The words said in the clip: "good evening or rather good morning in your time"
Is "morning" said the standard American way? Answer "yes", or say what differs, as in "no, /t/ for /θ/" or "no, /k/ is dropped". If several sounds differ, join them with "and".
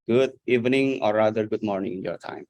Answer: yes